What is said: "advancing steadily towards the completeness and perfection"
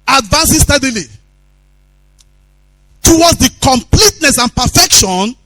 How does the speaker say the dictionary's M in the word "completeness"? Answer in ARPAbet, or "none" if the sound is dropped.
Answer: M